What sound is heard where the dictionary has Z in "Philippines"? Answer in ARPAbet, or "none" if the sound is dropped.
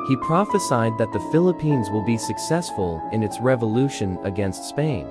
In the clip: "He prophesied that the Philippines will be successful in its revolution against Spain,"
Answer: Z